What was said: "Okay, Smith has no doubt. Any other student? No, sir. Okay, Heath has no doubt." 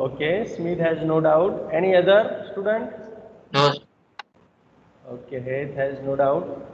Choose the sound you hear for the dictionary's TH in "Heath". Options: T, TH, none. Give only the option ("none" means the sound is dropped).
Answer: T